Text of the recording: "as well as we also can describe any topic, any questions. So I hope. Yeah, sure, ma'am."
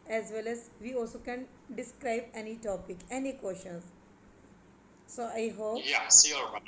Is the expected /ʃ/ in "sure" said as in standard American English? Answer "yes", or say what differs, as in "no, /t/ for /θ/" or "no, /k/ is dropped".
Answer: no, /s/ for /ʃ/